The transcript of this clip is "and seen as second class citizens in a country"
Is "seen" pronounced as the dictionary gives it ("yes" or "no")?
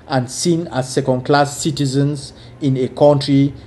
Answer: yes